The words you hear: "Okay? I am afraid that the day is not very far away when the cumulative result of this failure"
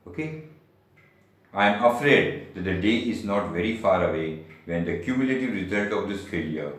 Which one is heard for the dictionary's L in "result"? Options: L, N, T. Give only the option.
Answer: N